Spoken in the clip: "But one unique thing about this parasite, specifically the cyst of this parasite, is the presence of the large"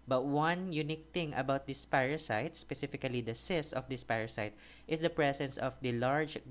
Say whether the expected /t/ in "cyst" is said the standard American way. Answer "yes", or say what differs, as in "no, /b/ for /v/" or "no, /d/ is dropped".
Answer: no, /t/ is dropped